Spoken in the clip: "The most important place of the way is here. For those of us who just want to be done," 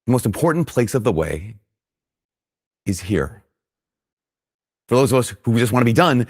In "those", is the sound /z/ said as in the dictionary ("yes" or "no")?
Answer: yes